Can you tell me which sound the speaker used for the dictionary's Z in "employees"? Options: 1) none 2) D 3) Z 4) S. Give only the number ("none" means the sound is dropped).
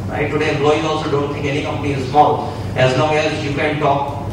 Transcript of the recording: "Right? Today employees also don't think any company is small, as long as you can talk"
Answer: 1